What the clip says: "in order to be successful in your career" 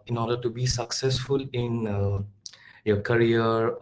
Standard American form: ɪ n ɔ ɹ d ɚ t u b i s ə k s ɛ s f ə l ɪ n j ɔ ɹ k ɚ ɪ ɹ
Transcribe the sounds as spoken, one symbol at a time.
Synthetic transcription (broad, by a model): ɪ n ɔ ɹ d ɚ t u b i s ə k s ɛ s f ə l ɪ n j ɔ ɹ k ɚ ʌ ɹ